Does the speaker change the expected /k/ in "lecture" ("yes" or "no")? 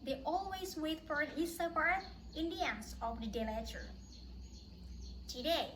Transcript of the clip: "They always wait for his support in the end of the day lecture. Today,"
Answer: yes